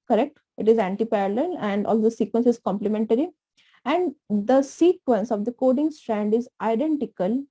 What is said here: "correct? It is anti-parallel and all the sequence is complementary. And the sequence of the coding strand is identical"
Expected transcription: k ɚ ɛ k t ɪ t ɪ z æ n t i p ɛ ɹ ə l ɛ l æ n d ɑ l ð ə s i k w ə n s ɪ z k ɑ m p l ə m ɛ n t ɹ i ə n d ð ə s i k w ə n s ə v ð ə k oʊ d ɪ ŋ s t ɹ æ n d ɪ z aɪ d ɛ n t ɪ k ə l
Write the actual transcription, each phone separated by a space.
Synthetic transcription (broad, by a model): k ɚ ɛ k t ɪ t ɪ z æ n t i p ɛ ɹ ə l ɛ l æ n d ɑ l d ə s i k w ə n s ɪ z k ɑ m p l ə m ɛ n t ɹ i ə n d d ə s i k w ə n s ə v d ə k oʊ d ɪ ŋ s t ɹ æ n d ɪ z aɪ d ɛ n t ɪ k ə l